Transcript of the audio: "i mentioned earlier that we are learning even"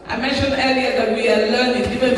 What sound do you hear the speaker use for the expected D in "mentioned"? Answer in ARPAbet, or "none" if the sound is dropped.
none